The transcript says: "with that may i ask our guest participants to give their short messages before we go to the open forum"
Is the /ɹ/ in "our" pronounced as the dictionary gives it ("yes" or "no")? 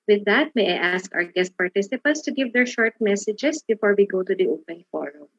yes